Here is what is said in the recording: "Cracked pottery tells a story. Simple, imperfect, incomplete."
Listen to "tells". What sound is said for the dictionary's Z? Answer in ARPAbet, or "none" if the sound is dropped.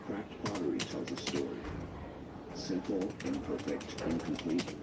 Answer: Z